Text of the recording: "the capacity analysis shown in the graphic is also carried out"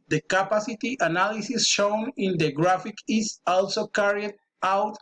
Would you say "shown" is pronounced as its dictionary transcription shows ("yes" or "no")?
yes